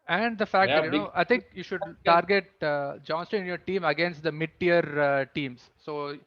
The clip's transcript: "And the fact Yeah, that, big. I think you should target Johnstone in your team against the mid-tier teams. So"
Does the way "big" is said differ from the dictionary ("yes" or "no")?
yes